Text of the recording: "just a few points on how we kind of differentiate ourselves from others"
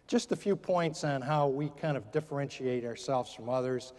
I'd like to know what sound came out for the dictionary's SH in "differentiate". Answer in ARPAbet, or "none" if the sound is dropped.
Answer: SH